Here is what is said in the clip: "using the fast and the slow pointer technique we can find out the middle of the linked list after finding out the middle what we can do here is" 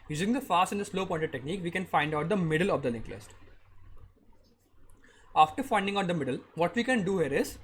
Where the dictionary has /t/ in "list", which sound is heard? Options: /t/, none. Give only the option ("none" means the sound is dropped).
/t/